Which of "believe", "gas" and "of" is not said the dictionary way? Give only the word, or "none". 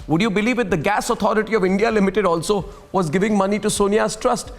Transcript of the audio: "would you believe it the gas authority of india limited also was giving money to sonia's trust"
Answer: none